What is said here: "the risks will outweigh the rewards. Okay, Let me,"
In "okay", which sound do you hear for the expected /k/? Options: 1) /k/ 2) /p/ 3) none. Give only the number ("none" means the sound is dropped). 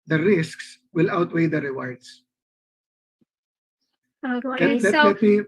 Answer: 3